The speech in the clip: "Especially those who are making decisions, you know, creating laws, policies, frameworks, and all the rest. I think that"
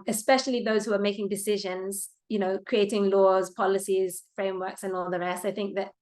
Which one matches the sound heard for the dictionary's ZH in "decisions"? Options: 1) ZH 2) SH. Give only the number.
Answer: 1